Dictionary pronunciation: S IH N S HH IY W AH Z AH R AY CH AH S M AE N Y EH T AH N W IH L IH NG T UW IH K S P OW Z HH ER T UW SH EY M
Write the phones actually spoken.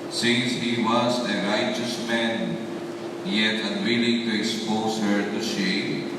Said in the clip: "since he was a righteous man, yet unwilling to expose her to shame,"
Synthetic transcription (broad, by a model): S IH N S HH IY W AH Z AH R AY CH AH S M AE N Y EH T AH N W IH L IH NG T UW IH K S P OW Z HH ER T UW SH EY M